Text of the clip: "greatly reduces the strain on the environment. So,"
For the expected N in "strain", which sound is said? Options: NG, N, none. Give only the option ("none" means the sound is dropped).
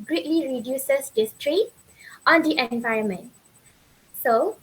none